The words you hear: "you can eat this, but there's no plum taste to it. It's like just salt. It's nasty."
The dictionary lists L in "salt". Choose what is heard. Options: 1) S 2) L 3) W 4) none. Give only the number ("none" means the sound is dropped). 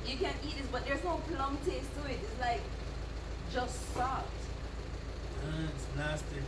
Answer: 4